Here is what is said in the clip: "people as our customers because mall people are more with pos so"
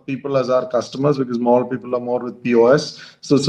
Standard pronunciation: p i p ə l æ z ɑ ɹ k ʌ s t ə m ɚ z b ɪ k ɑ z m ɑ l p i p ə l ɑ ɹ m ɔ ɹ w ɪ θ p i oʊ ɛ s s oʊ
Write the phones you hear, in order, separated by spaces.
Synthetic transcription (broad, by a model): p i p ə l æ z ɑ ɹ k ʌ s t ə m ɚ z b ɪ k ɑ z m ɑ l p i p ə l ɑ ɹ m ɔ ɹ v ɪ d p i oʊ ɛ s s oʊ